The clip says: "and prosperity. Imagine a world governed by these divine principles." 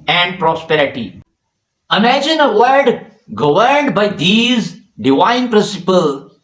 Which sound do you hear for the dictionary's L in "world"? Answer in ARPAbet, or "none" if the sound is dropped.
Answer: none